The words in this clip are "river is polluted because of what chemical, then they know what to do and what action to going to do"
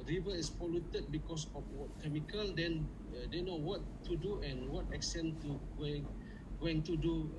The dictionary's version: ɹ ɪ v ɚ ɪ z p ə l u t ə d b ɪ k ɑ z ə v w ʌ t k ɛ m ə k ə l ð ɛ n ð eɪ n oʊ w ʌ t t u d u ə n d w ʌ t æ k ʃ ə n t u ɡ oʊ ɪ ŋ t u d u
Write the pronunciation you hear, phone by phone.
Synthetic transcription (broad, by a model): ɹ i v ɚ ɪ s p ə l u t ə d b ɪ k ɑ s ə f w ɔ t k ɛ m ə k ə l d ɛ n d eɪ n oʊ w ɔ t t u d u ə n w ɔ t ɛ k s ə n t u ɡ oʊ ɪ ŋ t u d u